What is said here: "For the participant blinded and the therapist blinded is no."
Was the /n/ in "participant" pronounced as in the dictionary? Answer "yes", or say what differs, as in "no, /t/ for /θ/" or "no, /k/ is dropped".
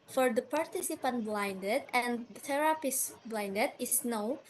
yes